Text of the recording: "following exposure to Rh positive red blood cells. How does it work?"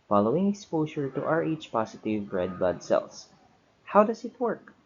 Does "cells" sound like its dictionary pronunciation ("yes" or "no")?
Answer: no